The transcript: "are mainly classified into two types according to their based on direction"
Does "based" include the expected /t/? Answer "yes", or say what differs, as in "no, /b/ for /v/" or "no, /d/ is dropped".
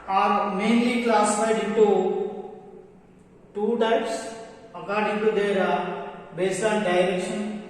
no, /t/ is dropped